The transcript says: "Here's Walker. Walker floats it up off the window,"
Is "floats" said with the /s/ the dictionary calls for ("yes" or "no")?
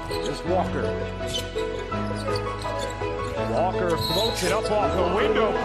no